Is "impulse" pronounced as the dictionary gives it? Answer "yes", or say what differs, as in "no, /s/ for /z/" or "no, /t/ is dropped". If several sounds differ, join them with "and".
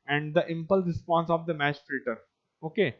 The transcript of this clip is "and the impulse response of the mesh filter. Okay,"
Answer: no, /s/ is dropped